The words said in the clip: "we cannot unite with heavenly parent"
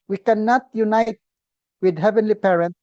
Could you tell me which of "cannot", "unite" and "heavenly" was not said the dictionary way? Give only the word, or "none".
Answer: none